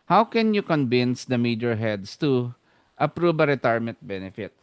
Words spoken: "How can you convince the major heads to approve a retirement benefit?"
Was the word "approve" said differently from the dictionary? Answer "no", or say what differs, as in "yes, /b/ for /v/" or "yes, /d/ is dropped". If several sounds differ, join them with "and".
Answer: yes, /b/ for /v/